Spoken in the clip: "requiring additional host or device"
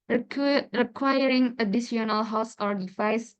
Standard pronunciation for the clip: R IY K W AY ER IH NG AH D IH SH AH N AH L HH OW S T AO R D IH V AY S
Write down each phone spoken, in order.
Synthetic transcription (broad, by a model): R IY K W AY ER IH NG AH D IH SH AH N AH L HH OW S AO R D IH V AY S